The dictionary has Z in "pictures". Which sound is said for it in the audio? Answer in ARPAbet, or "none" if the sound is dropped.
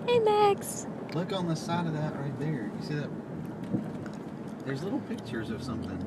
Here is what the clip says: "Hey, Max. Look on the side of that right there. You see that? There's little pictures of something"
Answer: Z